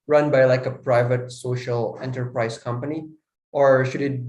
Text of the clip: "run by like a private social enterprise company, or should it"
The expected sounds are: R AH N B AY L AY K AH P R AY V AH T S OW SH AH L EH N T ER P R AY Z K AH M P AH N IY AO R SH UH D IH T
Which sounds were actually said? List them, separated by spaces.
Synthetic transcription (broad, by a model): R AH N B AY L AY K AH P R AY V AH T S OW SH AH L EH N T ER P R AY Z K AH M P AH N IY AO R SH UH D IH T